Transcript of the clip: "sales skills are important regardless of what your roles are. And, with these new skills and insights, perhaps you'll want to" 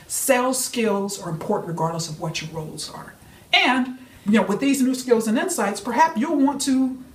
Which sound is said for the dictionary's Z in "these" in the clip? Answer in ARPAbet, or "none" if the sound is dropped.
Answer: Z